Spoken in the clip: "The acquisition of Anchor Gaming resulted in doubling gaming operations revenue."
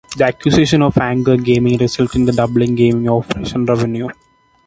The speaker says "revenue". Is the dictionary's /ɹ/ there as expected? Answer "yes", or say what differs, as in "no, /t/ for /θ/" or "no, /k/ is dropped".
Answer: yes